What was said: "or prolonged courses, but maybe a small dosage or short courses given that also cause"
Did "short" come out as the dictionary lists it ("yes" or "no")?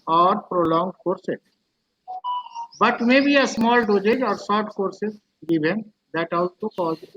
no